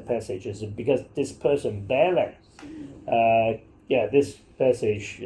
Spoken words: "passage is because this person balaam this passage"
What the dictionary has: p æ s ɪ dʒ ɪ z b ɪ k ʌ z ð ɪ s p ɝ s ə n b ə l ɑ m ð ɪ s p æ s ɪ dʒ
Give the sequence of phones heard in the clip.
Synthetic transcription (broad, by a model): p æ s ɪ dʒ ɪ z b ɪ k ʌ z ð ɪ s p ɝ s ə n b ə l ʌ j ð ɪ s p æ s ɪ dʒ